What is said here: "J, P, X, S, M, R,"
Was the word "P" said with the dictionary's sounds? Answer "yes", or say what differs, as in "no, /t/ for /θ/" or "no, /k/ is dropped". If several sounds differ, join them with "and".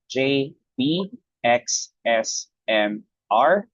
no, /b/ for /p/